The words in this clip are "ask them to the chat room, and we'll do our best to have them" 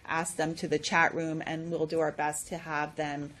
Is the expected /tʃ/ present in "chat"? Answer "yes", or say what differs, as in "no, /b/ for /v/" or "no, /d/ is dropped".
yes